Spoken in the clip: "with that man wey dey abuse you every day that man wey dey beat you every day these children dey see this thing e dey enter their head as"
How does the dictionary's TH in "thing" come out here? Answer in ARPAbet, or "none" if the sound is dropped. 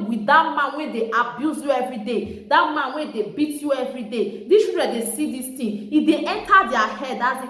T